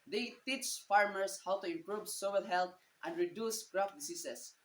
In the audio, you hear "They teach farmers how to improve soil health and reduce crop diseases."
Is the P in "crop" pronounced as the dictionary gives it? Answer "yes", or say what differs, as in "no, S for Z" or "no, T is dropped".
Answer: no, F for P